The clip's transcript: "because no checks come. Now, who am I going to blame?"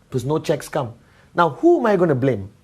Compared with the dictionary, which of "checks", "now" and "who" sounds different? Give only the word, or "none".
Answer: none